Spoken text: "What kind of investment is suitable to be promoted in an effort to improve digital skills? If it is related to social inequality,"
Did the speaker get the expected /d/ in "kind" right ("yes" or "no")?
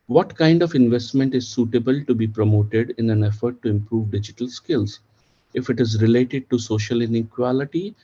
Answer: yes